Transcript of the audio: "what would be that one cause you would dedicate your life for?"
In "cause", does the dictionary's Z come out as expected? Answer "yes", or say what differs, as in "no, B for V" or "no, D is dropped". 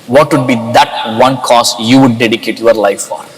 no, S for Z